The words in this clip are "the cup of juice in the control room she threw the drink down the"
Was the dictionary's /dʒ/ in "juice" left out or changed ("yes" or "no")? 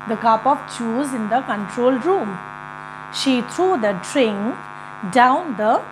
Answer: yes